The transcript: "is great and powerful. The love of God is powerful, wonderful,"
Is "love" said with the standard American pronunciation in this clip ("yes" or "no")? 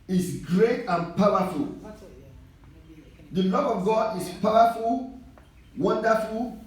yes